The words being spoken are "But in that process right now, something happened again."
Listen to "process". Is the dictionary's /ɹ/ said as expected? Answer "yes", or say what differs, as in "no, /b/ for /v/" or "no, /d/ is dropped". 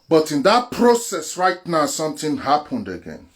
yes